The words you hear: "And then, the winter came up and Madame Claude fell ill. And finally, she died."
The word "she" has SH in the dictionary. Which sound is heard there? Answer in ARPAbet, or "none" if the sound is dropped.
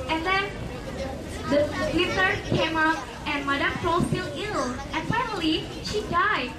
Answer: SH